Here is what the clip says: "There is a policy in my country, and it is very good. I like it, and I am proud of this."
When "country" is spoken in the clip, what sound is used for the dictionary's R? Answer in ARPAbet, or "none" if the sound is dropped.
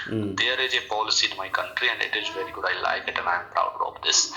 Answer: R